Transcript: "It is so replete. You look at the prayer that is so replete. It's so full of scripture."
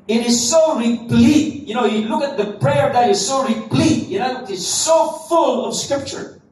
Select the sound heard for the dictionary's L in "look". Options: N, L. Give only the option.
N